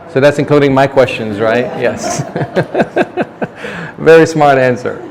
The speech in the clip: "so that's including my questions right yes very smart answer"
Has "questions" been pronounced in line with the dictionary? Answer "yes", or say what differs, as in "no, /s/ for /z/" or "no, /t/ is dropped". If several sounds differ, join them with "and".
yes